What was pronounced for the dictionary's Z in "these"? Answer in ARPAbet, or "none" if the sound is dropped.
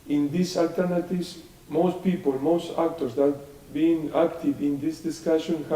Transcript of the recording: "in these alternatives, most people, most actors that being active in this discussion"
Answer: S